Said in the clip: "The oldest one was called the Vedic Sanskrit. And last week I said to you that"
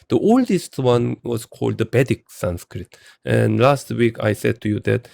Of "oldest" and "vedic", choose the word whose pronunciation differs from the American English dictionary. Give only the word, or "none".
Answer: vedic